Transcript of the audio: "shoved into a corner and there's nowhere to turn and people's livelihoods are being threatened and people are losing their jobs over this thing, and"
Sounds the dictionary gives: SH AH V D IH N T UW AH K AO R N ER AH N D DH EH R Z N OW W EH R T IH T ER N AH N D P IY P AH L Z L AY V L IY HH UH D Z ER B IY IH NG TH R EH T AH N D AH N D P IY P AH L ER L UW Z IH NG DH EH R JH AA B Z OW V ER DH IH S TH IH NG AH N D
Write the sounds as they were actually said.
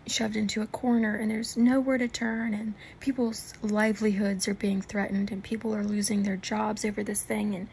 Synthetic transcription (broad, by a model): SH AH V D IH N T UW AH K AO R N ER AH N DH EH R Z N OW W EH R T IH T ER N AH N P IY P L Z L AY V L IY HH UH D Z ER B IY IH NG TH R EH T N D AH N P IY P L ER L UW Z IH NG DH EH R JH AA B Z OW V ER DH IH S TH IH NG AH N